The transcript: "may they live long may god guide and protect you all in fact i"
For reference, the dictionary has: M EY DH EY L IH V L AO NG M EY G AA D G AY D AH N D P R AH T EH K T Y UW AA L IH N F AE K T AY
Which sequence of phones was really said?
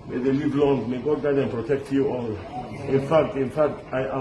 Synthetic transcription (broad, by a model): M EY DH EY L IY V L AO NG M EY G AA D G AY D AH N P R AH T EH K T Y UW AA L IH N F AE K T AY